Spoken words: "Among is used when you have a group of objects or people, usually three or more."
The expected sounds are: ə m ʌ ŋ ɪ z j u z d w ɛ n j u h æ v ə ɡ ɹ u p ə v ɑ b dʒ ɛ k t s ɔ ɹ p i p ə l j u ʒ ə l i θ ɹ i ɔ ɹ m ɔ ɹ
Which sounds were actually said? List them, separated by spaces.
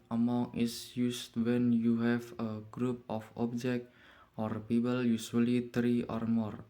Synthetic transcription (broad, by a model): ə m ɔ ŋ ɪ s j u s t w ɛ n j u h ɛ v ə ɡ ɹ u p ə f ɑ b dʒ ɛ k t ɔ ɹ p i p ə l j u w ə l i t ɹ i ɔ ɹ m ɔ ɹ